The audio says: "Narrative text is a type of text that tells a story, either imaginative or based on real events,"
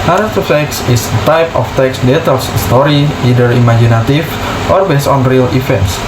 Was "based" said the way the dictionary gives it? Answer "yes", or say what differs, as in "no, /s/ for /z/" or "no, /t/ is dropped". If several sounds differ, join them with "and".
no, /t/ is dropped